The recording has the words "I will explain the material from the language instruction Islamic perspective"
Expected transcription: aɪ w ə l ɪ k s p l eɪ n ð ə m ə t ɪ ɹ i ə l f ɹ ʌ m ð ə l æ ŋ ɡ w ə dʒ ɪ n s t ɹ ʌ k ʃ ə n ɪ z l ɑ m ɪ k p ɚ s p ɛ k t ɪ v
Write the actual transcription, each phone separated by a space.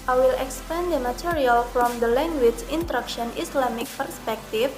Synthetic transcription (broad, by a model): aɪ w ə l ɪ k s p eɪ n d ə m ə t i ɹ i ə l f ɹ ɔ m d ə l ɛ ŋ ɡ w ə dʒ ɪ n t ɹ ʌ k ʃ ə n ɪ s l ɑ m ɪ k p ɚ s p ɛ k t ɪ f